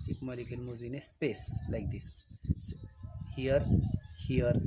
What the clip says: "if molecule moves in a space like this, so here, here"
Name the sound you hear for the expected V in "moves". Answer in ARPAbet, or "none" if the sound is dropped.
none